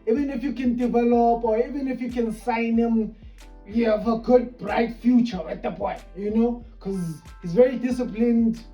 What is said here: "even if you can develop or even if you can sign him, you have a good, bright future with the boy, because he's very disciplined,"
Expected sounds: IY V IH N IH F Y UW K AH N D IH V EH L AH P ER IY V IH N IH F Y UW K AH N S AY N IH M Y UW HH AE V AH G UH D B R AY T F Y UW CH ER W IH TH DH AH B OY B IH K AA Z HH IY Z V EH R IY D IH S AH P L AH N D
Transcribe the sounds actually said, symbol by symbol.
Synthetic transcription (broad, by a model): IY V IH N IH F Y UW K AH N D IH V EH L AH P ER IY V IH N IH F Y UW K AH N S AY N IH M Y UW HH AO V AH G UH D B R AY T F Y UW CH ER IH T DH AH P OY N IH K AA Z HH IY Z V EH R IY D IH S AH P L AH N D